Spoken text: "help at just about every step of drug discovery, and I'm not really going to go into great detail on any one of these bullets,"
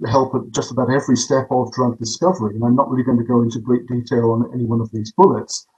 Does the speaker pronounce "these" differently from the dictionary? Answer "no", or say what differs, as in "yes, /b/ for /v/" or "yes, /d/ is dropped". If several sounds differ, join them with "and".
no